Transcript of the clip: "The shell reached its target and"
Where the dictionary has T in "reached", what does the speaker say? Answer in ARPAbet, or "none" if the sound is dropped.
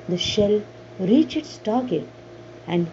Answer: none